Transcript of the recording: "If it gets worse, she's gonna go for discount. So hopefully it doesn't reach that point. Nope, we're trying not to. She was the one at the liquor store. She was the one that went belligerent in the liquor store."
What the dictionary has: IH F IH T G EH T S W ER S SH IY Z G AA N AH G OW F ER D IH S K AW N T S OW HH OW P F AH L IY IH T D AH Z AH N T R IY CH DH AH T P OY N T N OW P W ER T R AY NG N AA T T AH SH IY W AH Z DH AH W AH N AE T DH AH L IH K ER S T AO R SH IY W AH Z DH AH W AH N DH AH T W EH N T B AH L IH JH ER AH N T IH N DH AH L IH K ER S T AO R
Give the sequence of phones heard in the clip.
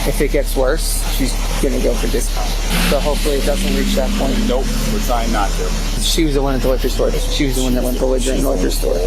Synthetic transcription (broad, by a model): IH F IH T G EH T S W ER S SH IY Z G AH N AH G OW F ER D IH S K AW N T S OW HH OW P F L IY IH T D AH Z AH N T R IY CH DH AH T P OY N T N OW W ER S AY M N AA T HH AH SH IY W AH Z DH AH W AH N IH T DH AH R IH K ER S T AO R SH IY W AH Z DH AH W AH N DH AH T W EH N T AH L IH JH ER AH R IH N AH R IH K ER S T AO R